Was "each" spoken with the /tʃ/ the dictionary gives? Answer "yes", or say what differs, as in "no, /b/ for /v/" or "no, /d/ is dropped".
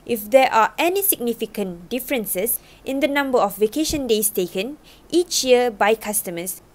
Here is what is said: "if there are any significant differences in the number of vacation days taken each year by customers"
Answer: yes